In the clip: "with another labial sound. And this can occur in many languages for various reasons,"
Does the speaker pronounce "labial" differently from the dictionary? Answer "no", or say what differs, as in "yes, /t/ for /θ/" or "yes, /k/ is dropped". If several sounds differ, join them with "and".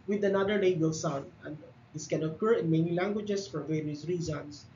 yes, /b/ is dropped